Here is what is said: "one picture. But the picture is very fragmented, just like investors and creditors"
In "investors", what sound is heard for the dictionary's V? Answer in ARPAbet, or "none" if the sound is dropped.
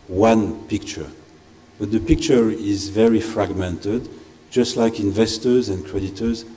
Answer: V